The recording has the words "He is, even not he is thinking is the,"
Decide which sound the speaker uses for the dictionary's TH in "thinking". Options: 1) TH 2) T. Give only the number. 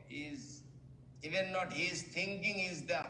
2